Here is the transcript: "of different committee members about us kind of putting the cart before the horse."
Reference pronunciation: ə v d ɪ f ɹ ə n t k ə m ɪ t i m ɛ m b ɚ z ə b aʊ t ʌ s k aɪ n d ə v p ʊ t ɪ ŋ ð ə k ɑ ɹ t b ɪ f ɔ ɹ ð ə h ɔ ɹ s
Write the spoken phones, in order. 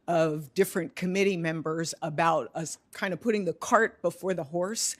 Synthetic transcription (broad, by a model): ə v d ɪ f ɹ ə n k ə m ɪ t i m ɛ m b ɚ z ə b aʊ t ʌ s k aɪ n d ə v p ʊ t ɪ ŋ ð ə k ɑ ɹ t b ɪ f ɔ ɹ ð ə h ɔ ɹ s